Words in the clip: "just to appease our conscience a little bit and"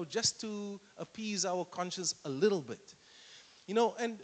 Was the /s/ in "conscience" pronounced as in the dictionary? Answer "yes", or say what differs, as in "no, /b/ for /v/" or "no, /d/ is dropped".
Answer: yes